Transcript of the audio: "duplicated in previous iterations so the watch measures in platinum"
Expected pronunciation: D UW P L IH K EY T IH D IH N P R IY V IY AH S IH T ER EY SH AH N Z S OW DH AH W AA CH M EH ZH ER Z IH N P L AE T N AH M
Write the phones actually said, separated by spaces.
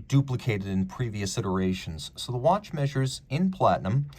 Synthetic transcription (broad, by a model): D UW P L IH K EY T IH D IH N P R IY V IY AH S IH T ER EY SH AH N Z S OW DH AH W AA CH M EH ZH ER Z IH N P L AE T N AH M